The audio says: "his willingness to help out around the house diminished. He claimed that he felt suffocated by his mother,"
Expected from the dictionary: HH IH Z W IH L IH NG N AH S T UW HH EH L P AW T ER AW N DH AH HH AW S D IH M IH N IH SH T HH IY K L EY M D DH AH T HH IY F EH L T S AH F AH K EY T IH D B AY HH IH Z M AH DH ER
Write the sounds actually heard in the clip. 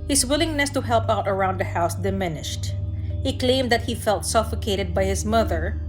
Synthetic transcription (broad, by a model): HH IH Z W IH L IH NG N AH S T UW HH EH L P AW T ER AW N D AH HH AW S D IH M IH N IH SH T HH IY K L EY M D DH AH T HH IY F EH L T S AH F AH K EY T IH D B AY HH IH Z M AH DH ER